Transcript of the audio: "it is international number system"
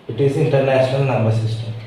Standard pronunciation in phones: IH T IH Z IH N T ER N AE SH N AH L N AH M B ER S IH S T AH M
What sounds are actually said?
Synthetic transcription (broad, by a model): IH T IH Z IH N T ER N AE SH N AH L N AH M B ER S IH S T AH M